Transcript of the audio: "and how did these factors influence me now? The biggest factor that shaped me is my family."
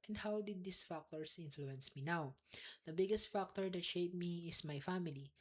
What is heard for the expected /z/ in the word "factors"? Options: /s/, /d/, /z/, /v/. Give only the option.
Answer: /s/